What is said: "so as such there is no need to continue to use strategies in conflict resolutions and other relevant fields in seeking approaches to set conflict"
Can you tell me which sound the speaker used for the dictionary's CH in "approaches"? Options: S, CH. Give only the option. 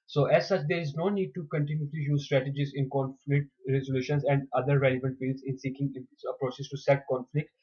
S